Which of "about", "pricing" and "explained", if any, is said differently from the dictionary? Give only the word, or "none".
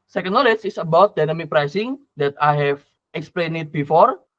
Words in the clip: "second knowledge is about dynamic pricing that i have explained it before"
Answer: explained